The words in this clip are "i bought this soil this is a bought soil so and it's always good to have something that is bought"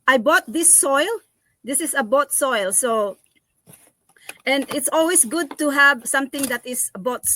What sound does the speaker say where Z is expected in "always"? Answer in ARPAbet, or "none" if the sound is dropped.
S